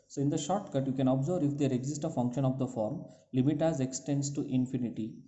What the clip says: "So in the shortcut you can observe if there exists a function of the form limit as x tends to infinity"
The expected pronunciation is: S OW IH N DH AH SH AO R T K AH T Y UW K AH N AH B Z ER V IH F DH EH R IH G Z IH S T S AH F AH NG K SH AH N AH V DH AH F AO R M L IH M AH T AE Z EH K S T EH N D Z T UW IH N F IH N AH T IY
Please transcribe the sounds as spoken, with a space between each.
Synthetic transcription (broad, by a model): S OW IH N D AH SH AO R T K AH T Y UW K AH N AH B Z ER V IH F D EH R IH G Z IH S T AH F AH NG K SH AH N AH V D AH F AO R M L IH M AH T AE Z EH K S T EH N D S T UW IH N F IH N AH T IY